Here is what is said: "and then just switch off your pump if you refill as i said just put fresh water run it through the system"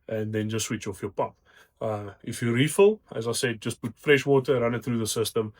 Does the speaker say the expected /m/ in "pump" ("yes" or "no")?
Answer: no